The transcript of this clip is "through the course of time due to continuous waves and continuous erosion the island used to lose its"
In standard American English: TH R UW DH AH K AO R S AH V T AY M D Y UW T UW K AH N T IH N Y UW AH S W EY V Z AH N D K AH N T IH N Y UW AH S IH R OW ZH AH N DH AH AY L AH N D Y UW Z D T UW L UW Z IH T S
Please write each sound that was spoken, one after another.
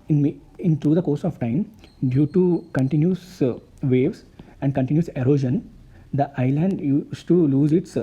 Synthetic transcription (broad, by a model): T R UW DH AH K AO R S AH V T AY M D Y UW T UW K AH N T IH N Y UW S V EY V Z AH N D K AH N T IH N Y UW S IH R OW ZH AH N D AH AY L AH N D Y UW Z T UW L UW Z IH T S